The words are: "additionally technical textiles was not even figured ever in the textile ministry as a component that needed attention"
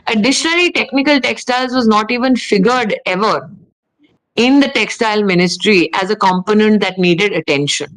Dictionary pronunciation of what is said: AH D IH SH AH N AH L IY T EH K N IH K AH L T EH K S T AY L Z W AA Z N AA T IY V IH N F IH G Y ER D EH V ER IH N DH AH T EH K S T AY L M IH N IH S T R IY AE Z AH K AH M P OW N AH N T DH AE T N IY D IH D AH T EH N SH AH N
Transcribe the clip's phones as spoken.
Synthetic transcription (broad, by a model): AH D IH SH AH N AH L IY T EH K N IH K AH L T EH K S T AY L Z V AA Z N AA T IY V IH N F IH G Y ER D EH V ER IH N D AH T EH K S T AY L M IH N IH S T R IY AE Z AH K AH M P OW N AH N T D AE T N IY D IH D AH T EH N SH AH N